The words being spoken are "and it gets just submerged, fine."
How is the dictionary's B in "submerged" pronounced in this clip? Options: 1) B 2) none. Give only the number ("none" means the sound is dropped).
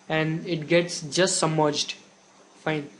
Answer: 2